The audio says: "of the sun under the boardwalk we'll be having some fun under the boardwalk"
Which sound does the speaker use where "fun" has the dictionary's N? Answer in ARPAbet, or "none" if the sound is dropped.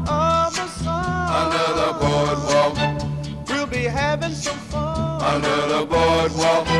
none